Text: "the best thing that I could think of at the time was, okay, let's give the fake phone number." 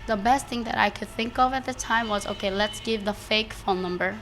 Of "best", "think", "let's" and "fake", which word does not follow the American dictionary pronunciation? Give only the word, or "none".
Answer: none